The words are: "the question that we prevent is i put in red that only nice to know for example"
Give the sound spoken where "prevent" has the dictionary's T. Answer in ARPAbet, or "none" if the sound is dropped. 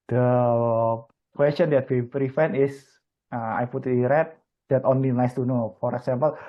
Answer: none